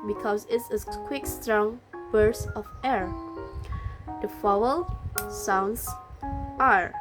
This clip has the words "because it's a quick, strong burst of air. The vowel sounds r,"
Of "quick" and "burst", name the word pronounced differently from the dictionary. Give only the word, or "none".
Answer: burst